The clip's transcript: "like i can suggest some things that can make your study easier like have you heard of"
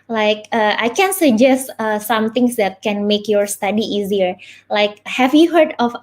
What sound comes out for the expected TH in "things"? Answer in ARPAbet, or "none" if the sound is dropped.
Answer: T